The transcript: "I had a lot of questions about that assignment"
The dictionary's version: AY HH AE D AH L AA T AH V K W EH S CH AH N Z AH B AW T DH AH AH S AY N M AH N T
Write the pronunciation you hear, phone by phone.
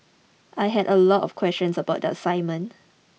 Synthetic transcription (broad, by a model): AY HH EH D AH L AA T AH F K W EH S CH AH N S AH B AW T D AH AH S AY M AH N